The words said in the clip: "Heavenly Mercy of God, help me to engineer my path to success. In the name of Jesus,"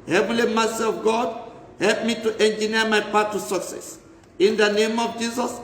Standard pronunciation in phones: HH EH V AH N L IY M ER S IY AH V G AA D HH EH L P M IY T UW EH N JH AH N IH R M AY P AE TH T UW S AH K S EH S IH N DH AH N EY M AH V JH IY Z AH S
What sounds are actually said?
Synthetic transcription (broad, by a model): HH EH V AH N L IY M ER S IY AH V G AA D HH EH L P M IY T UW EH N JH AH N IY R M AY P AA T UW S AH K S EH S IH N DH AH N EY M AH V JH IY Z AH S